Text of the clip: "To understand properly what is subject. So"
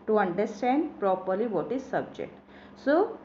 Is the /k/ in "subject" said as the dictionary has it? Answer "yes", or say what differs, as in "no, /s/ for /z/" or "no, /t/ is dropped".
yes